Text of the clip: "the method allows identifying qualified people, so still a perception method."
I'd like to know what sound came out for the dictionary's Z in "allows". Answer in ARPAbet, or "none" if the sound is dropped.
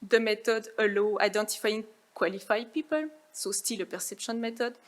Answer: none